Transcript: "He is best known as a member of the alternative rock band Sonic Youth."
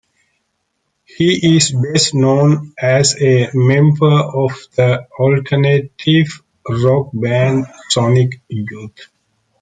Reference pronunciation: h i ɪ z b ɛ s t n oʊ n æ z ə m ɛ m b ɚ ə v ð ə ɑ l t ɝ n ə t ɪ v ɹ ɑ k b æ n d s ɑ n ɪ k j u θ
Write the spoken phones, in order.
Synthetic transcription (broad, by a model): h i ɪ z b ɛ s t n oʊ n æ z ə m ɛ m b ɚ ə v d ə ɑ l t ɝ n ə t ɪ v ɹ ɑ k b æ n d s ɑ n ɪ k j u t